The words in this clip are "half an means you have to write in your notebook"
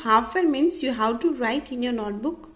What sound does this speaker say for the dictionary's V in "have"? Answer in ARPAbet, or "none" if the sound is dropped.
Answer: W